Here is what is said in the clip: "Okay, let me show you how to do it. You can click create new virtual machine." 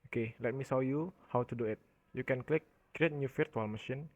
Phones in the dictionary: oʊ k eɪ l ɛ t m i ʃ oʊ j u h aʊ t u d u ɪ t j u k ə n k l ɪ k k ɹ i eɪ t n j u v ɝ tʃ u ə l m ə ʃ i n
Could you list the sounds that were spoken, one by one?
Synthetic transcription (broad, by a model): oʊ k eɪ l ɛ t m i s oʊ j u h aʊ t u d u ɪ t j u k ə n k l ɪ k k ɹ i eɪ t n j u f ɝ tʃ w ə l m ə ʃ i n